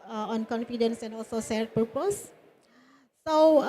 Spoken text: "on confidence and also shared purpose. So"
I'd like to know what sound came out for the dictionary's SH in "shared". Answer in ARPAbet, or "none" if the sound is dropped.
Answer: S